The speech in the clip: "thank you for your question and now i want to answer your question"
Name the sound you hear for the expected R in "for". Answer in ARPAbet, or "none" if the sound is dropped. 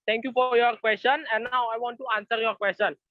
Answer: R